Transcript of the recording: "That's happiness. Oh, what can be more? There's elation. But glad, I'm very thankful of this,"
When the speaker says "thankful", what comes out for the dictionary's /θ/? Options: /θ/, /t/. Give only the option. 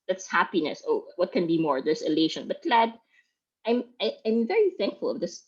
/θ/